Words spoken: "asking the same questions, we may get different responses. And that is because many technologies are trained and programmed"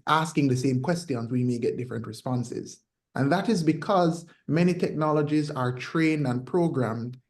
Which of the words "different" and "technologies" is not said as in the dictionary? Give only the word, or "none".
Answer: none